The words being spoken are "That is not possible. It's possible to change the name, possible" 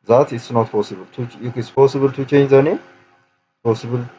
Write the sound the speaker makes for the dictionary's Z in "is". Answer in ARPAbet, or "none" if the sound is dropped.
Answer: S